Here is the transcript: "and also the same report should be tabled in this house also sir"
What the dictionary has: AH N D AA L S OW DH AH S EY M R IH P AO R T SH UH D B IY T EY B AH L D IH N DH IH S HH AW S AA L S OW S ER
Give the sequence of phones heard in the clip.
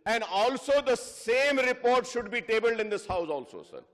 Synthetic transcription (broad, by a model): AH N D AA L S OW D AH S EY M R IH P AO R T SH UH D B IY T EY B AH L D IH N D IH S HH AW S AA L S OW S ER